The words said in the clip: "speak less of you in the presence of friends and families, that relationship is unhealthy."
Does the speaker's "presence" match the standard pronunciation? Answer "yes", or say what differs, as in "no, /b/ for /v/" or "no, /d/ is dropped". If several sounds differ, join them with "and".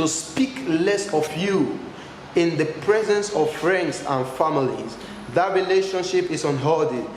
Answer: yes